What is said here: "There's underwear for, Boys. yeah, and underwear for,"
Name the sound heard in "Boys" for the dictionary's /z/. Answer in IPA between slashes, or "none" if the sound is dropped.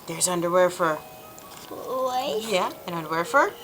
none